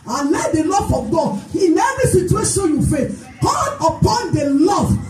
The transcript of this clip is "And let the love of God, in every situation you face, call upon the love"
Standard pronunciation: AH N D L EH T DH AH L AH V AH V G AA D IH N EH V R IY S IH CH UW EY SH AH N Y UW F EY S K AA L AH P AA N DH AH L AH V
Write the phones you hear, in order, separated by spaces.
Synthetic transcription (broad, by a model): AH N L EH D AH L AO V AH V G AA D IH N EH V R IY S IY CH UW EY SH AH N Y UW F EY K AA N AH P AA N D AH L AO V